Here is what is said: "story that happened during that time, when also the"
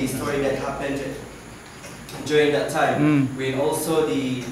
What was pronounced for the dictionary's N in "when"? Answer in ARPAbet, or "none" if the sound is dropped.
none